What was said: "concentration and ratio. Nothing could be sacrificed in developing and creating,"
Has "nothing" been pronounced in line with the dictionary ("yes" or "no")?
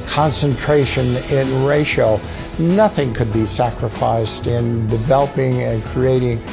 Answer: yes